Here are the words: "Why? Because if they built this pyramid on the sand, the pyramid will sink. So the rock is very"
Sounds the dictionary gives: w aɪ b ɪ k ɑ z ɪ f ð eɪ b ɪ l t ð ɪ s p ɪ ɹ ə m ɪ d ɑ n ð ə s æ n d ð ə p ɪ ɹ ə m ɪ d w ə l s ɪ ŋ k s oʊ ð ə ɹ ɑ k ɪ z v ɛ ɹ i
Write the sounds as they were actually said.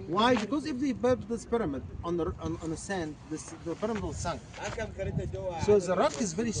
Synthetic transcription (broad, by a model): w aɪ b ɪ k ɑ z ɪ f ð eɪ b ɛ t ð ɪ s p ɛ ɹ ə m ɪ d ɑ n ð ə s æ n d ð ə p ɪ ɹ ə m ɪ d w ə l s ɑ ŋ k s oʊ ð ə ɹ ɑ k ɪ z v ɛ ɹ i